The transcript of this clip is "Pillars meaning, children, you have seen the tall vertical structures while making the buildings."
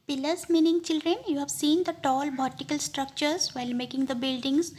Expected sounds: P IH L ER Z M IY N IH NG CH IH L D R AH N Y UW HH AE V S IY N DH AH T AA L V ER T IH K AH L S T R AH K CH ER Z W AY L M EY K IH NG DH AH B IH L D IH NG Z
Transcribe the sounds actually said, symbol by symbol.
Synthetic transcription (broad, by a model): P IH L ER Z M IY N IH NG CH IH L D R AH N Y UW HH AE V S IY N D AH T AA L B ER T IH K AH L S T R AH K CH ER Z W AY L M EY K IH NG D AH B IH L D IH NG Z